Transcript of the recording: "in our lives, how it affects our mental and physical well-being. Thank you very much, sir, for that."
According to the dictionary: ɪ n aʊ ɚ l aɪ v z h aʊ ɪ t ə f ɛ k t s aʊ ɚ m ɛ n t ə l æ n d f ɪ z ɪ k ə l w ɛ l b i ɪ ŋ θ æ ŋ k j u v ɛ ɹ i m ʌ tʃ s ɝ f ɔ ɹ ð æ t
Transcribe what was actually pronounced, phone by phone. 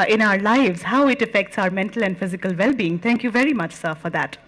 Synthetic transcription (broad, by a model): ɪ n aʊ ɚ l aɪ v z h aʊ ɪ t ə f ɛ k t s aʊ ɚ m ɛ n t ə l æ n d f ɪ z ɪ k ə l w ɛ l b i ɪ ŋ t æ ŋ k j u v ɛ ɹ i m ʌ tʃ s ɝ f ɔ ɹ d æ t